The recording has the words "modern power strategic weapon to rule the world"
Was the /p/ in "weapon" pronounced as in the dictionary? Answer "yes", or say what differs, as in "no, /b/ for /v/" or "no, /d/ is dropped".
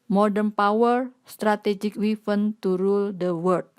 no, /f/ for /p/